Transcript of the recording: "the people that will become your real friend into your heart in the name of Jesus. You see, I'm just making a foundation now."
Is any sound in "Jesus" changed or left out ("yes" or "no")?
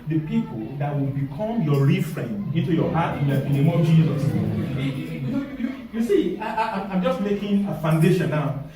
yes